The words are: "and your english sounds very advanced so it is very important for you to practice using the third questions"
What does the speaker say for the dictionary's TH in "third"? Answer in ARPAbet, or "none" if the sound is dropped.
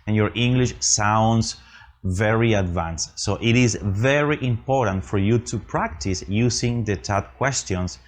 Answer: T